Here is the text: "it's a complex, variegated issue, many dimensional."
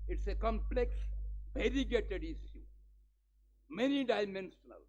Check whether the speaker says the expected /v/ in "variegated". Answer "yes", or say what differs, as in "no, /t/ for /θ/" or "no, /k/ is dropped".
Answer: no, /b/ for /v/